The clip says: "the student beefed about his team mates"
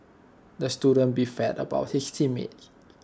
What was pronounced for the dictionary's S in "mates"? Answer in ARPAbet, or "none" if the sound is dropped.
none